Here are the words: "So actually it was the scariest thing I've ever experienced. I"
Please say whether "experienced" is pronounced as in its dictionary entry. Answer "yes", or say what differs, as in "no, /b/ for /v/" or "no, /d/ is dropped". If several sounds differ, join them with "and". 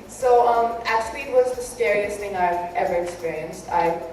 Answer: yes